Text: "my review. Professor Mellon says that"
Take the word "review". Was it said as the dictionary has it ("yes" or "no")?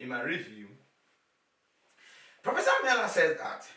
yes